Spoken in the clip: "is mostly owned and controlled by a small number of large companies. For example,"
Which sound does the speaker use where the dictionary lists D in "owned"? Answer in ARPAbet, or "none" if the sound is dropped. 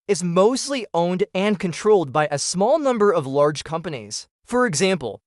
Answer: D